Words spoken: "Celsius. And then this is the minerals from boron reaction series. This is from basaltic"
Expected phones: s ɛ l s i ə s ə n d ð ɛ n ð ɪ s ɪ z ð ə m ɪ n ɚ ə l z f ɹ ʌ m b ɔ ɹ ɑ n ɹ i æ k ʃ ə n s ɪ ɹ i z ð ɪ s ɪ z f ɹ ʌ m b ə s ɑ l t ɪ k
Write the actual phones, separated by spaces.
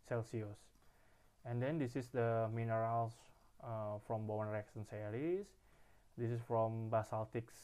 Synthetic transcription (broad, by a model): s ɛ l s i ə s ə n d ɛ n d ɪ s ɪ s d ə m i n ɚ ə l s f ɹ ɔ m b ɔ ɑ n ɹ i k s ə n s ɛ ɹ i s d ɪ s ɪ s f ɹ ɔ m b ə s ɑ l t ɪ k